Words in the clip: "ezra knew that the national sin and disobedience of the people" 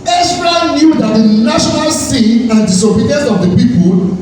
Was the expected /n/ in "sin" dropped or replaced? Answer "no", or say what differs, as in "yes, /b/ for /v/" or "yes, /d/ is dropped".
yes, /n/ is dropped